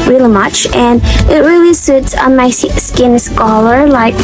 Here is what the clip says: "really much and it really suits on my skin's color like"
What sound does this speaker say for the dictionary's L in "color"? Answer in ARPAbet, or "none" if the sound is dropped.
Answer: L